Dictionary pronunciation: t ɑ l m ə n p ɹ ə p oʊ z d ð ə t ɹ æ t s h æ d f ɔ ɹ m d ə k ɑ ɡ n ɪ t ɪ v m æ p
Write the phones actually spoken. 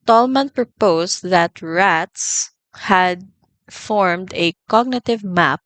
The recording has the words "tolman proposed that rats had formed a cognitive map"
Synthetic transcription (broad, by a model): t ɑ l m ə n p ɹ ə p oʊ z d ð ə t ɹ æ t s h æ d f ɔ ɹ m d ə k ɑ ɡ n ɪ t ɪ v m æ p